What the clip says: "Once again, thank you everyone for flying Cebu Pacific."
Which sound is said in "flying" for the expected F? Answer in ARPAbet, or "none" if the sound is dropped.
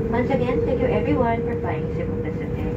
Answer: P